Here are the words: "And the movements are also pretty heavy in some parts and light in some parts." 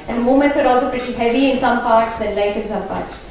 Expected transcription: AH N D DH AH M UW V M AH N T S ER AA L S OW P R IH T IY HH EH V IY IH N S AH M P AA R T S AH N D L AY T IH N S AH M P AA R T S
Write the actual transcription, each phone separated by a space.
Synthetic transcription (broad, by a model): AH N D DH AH M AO M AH N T S ER AA L S OW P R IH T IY HH EH V IY IH N S AH M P AA R T S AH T L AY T IH N S AH M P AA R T S